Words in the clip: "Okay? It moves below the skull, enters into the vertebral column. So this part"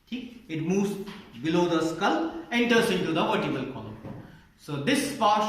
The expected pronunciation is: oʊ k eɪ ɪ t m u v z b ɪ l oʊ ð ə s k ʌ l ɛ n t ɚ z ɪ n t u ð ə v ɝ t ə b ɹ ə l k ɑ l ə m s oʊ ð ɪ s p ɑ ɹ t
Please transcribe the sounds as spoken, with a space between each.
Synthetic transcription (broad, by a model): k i ɪ t m u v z b ɪ l oʊ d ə s k ʌ l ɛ n t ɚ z ɪ n t u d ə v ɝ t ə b ə l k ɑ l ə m s oʊ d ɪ s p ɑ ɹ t